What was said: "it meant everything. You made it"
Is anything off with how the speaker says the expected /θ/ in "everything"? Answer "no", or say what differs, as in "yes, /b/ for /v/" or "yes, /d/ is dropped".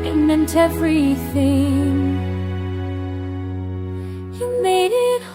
no